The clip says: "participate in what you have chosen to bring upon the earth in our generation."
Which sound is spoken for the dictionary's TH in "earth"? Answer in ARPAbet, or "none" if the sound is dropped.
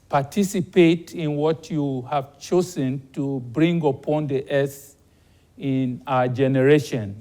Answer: S